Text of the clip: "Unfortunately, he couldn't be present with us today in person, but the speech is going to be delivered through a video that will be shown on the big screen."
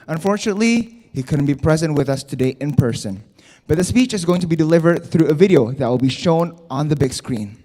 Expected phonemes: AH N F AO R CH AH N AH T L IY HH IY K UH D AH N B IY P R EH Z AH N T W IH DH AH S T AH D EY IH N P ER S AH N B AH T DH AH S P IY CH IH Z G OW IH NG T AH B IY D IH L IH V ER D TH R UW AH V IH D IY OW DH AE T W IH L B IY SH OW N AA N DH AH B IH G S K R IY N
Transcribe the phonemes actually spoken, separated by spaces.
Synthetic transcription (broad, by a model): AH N F AO R CH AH N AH T L IY HH IY K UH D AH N B IY P R EH Z AH N T W IH DH AH S T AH D EY IH N P ER S AH N B AH T DH AH S P IY CH IH Z G OW IH NG T AH B IY D IH L IH V ER D TH R UW AH V IH D IY OW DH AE T W IH L B IY SH OW N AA N DH AH B IH G S K R IY N